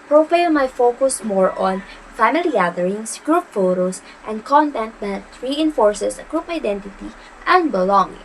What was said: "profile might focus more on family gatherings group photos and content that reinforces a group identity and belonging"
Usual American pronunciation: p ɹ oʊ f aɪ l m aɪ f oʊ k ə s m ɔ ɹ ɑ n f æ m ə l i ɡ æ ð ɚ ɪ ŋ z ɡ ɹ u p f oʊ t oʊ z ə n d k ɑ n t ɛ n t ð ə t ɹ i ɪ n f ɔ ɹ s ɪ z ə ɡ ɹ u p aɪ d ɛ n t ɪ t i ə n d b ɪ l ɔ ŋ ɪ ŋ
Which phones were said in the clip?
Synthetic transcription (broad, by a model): p ɹ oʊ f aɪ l m aɪ f oʊ k ə s m ɔ ɹ ɑ n f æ m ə l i ɡ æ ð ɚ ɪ ŋ s ɡ ɹ u p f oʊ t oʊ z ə n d k ɑ n t ɛ n t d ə t ɹ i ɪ n f ɔ ɹ s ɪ s ə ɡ ɹ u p aɪ d ɛ n t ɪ t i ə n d b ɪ l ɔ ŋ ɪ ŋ